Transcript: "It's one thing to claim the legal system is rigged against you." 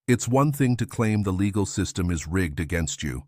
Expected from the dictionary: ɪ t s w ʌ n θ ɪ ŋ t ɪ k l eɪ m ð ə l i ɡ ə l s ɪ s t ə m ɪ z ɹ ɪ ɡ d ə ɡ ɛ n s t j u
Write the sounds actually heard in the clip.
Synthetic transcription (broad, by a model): ɪ t s w ʌ n θ ɪ ŋ t ɪ k l eɪ m ð ə l i ɡ l s ɪ s t ə m ɪ z ɹ ɪ ɡ d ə ɡ ɛ n s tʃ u